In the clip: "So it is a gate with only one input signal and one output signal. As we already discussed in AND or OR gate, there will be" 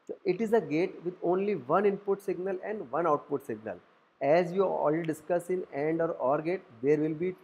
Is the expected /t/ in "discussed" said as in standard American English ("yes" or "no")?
no